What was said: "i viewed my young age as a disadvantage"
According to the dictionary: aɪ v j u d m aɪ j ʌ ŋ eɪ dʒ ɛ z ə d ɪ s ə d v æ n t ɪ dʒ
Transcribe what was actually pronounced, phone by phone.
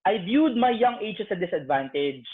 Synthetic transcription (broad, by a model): aɪ b j u d m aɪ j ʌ ŋ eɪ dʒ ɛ s ə d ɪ s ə d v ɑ n t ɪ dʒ